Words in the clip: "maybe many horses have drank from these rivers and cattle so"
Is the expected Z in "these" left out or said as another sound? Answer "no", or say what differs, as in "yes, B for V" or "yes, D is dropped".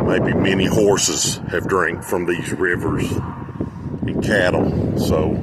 no